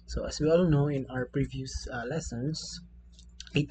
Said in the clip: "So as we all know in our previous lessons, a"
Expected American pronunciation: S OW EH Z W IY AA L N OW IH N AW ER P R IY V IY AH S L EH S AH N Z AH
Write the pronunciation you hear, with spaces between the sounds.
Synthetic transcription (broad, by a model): S OW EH S W IY AA L N OW IH N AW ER P R IY V IY AH S L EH S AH N S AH